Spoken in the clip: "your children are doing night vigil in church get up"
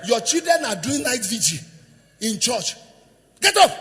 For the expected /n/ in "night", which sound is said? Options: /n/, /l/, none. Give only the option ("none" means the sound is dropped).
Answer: /l/